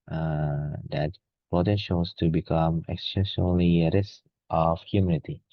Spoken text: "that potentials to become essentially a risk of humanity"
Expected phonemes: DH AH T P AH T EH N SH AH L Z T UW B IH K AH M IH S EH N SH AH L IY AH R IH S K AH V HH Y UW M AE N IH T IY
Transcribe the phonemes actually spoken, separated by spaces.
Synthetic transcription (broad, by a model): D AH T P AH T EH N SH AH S T UW B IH K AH M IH S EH SH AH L IY AH R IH S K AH F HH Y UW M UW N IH T IY